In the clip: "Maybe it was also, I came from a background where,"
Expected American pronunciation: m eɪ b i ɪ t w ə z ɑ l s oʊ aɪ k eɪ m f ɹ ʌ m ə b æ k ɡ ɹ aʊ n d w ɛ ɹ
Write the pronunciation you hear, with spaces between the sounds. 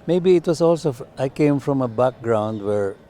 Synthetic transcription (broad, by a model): m eɪ b i ɪ t w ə s ɑ l s oʊ aɪ k eɪ m f ɹ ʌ m ə b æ k ɡ ɹ aʊ n d w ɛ ɹ